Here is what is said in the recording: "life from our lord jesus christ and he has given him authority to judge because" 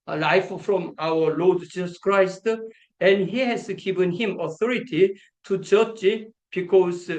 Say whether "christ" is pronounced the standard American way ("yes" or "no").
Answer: yes